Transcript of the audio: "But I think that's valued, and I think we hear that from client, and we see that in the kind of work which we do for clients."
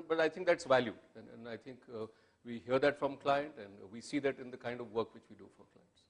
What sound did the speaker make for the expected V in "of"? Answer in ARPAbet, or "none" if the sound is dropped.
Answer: V